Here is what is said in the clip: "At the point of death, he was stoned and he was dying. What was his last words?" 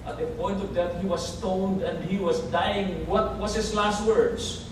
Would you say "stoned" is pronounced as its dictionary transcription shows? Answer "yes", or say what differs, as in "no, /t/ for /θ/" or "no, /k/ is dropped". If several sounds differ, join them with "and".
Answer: yes